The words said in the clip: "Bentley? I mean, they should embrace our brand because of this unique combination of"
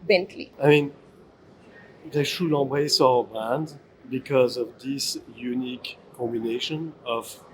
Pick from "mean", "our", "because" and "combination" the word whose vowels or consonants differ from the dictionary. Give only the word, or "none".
none